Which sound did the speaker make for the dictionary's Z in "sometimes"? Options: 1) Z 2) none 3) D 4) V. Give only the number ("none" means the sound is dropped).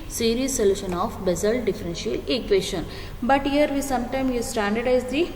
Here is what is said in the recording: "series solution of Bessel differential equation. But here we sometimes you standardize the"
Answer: 2